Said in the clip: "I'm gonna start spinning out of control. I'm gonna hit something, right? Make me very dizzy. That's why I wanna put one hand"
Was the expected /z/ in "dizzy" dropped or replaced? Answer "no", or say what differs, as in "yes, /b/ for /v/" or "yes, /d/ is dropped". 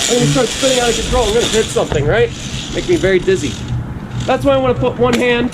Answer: no